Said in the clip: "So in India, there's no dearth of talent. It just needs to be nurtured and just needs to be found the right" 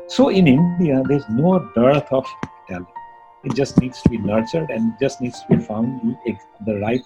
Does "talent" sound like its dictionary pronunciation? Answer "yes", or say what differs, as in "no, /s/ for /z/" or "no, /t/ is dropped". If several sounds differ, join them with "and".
no, /n/ is dropped